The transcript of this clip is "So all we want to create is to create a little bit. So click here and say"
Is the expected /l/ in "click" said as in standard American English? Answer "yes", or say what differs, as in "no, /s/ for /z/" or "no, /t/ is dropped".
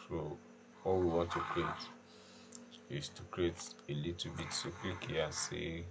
no, /w/ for /l/